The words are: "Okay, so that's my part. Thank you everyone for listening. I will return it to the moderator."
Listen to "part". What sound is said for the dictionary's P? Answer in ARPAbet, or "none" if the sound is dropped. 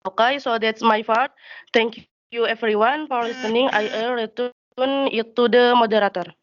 F